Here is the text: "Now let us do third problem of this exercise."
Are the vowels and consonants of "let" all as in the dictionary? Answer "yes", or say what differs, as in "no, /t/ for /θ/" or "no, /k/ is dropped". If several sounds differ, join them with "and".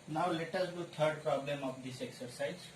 yes